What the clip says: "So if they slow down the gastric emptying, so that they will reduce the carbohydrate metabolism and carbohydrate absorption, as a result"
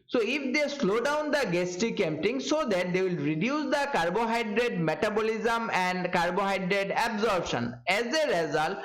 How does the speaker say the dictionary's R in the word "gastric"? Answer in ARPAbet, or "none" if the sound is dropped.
none